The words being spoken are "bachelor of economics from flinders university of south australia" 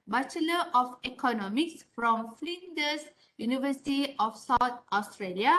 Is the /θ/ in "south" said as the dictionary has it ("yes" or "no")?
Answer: no